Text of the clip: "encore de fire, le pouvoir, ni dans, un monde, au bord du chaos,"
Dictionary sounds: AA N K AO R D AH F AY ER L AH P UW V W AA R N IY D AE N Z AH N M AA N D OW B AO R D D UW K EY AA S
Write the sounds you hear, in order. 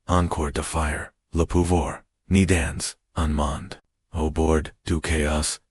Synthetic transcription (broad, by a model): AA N K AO R D AH F AY ER L AH P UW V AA R N IY D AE N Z AH N M AA N D OW B AO R D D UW K EY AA S